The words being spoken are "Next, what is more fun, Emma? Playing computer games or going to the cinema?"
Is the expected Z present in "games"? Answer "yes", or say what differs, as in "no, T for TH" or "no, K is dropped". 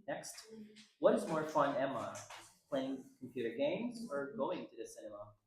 yes